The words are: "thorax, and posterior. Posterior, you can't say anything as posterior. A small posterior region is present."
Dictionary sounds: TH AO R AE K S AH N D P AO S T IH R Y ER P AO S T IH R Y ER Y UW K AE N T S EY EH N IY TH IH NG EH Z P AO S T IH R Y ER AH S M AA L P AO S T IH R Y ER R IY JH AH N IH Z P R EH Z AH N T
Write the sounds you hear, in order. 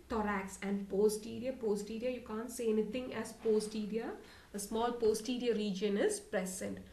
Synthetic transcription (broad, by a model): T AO R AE K S AH N D P AO S T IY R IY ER P AO S T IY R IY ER Y UW K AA N T S EY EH N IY T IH NG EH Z P AO S T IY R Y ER AH S M AA L P AO S T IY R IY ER R IY JH AH N IH Z P R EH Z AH N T